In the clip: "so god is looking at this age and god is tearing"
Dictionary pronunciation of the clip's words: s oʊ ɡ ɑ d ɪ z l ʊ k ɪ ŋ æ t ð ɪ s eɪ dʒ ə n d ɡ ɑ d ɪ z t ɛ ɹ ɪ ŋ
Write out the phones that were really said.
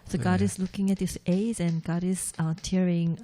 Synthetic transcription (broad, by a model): s oʊ ɡ ɑ d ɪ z l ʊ k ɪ ŋ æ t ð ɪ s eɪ z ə n ɡ ɑ d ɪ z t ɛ ɹ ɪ ŋ